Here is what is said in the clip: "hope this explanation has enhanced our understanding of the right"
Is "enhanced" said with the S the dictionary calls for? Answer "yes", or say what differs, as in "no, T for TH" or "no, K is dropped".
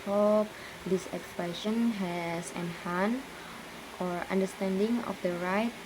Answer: no, S is dropped